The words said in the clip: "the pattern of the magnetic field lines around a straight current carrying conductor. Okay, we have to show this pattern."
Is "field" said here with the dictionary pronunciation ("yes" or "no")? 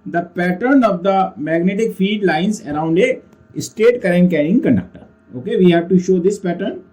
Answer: no